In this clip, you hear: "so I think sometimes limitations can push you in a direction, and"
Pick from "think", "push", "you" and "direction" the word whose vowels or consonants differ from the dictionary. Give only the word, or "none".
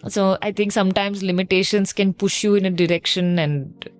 think